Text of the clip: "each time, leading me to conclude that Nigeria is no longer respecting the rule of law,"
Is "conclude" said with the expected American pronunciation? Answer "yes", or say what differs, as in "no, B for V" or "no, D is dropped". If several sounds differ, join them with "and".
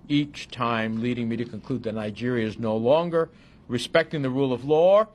yes